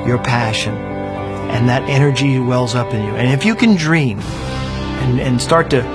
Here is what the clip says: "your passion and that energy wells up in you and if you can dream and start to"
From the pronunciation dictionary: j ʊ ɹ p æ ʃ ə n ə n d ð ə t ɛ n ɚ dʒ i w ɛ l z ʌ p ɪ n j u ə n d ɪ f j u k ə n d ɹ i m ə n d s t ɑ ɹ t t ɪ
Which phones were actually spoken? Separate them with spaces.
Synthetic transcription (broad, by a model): j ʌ ɹ p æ ʃ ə n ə n ð ə t ɛ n ɚ dʒ i w ɛ l z ʌ p ɪ n j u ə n ɪ f j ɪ k ə n d ɹ i m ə n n s t ɑ ɹ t t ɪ